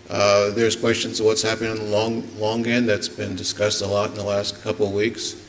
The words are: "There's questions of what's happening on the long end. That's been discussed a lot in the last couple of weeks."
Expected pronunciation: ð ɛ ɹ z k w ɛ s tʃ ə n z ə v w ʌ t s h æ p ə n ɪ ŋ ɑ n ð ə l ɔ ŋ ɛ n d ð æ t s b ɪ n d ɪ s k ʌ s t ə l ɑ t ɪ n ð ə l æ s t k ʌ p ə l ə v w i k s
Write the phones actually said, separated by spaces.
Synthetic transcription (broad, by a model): ð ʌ ɹ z k w ɛ s tʃ ə n z ə v w ʌ t s h æ p ə n ɪ ŋ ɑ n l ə l ɔ ŋ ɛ n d ð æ t s b ɪ n d ɪ s k ʌ s t ə l ɑ t n ð ə l æ s t k ʌ p l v w i k s